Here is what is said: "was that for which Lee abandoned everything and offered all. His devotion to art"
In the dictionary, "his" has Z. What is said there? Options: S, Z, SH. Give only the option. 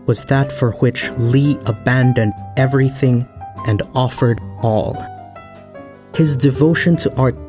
Z